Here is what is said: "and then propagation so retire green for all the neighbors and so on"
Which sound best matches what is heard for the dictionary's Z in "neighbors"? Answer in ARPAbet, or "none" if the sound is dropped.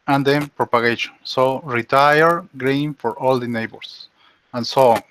S